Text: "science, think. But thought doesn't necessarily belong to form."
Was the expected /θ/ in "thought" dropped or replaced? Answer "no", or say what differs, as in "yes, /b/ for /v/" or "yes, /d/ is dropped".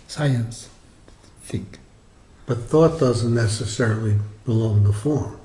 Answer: no